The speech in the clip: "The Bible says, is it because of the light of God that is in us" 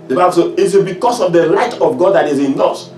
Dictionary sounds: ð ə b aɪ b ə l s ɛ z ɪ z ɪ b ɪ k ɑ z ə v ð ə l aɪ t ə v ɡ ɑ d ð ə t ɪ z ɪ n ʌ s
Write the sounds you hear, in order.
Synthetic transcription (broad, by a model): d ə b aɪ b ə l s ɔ ɪ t ɪ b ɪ k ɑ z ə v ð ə l aɪ t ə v ɡ ɑ d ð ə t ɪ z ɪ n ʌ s